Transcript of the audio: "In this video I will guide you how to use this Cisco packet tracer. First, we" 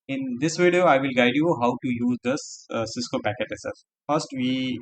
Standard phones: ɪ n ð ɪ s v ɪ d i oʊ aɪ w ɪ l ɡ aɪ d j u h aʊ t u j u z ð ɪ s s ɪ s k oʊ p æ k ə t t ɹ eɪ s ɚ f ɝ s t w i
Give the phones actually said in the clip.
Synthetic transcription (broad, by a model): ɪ n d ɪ s v ɪ d i oʊ aɪ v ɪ l ɡ aɪ d j u h aʊ t u j u z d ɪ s s ɪ s k oʊ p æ k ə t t eɪ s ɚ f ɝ s t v i